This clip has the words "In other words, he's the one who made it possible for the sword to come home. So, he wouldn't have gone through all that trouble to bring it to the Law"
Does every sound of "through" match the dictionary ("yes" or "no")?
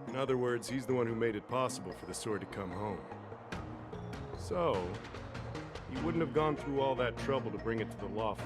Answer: yes